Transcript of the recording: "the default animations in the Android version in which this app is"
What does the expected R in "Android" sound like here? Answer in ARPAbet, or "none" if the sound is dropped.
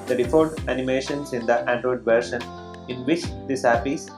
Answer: R